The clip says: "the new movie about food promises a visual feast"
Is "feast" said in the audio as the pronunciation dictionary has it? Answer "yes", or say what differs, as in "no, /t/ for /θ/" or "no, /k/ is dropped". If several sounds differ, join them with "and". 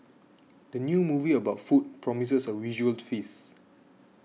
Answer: no, /t/ is dropped